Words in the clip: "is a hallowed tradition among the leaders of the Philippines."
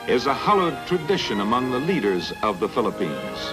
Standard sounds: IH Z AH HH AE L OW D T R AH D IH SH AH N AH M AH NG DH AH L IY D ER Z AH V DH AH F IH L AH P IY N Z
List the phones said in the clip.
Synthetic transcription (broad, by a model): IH Z AH HH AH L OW D T R AH D IH SH AH N AH M AH NG DH AH L IY D ER Z AH V DH AH F IH L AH P IY N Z